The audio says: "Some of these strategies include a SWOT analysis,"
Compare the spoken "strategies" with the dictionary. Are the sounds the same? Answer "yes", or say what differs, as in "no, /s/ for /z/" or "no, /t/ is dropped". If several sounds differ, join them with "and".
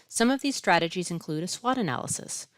yes